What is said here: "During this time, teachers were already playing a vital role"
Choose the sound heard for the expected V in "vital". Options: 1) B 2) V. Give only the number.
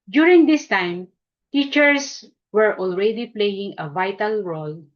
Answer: 2